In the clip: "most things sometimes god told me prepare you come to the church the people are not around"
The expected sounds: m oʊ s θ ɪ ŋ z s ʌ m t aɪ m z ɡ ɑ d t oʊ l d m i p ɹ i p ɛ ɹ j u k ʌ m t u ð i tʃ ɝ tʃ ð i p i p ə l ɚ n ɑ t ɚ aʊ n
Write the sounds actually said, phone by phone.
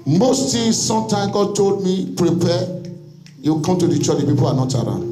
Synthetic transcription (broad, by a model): m oʊ s t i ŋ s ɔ m t aɪ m ɡ ɑ d t oʊ l d m i p ɹ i p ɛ j u k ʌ m t u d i tʃ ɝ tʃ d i p i p ə l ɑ n ɑ t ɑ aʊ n